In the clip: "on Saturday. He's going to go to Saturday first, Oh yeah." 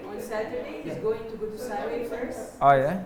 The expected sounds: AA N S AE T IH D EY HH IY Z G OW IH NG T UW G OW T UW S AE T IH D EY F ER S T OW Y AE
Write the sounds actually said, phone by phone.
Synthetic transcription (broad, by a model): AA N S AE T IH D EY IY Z G OW IH NG T UW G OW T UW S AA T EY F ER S OW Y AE